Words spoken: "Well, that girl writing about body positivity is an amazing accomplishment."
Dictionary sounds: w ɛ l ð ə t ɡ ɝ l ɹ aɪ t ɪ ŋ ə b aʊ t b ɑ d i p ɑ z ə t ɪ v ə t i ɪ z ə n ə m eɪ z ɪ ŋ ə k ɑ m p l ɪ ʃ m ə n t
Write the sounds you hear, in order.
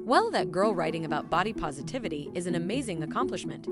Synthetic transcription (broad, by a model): w ɛ l ð ə t ɡ ɝ l ɹ aɪ t ɪ ŋ ə b aʊ t b ɑ d i p ɑ z ə t ɪ v ə t i ɪ z ə n ə m eɪ z ɪ ŋ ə k ɑ m p l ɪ ʃ m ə n t